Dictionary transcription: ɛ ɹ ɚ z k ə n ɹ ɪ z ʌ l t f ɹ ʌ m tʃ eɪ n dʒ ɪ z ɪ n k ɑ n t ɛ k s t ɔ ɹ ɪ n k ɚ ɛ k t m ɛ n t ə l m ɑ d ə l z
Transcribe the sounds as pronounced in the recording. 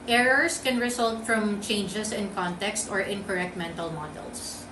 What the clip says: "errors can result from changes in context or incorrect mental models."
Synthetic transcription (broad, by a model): ɛ ɹ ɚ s k ə n ɹ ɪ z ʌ l t f ɹ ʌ m tʃ eɪ n dʒ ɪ s ɪ n k ɑ n t ɛ k s t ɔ ɹ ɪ n k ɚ ɛ k t m ɛ n t ə l m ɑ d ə l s